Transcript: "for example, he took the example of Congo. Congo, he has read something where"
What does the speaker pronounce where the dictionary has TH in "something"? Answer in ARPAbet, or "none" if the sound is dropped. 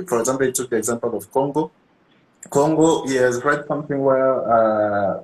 TH